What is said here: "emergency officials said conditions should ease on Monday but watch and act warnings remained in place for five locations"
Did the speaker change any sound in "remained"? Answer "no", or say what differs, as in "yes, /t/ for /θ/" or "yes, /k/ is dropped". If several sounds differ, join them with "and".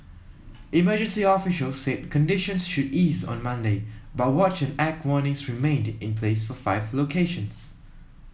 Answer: no